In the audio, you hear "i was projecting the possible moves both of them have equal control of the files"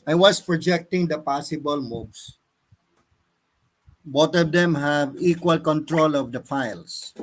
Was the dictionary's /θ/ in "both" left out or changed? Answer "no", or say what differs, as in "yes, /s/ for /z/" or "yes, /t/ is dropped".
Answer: yes, /t/ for /θ/